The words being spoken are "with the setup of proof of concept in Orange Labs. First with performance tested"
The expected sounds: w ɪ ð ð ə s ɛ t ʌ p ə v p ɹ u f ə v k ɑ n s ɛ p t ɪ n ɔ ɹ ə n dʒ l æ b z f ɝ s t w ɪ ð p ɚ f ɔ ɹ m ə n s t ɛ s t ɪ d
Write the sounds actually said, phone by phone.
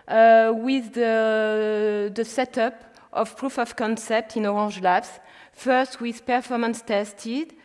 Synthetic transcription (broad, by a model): w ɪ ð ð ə s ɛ t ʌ p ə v p ɹ u f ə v k ɑ n s ɛ p t ɪ n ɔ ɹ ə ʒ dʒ l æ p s f ɝ s t w ɪ ð p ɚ f ɔ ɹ m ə n s t ɛ s t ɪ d